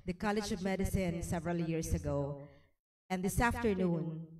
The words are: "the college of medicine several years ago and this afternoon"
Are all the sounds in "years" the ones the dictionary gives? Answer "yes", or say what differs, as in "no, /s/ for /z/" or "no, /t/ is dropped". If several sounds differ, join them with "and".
no, /s/ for /z/